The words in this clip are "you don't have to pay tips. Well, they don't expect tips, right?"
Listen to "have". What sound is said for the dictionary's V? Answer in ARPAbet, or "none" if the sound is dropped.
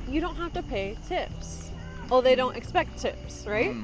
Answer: F